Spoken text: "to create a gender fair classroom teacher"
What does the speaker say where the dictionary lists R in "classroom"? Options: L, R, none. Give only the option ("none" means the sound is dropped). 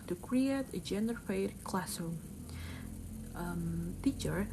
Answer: none